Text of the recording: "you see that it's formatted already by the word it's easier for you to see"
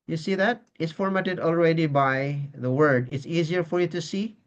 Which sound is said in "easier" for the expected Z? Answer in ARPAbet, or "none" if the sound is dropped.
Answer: Z